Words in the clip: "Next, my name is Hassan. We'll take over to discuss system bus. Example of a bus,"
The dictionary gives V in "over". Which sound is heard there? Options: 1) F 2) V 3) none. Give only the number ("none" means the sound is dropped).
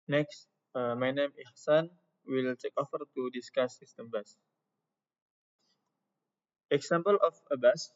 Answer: 1